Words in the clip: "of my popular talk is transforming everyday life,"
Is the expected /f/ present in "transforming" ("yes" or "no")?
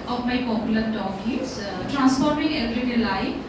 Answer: no